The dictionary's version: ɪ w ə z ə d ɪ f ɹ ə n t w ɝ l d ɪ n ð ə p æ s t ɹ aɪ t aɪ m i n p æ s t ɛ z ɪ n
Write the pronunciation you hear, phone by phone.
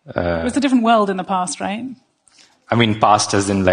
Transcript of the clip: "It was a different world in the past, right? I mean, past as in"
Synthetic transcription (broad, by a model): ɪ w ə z ə d ɪ f ɹ ə n t w ɝ l d ɪ n ð ə p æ s t ɹ aɪ t aɪ m i n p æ s t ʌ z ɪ n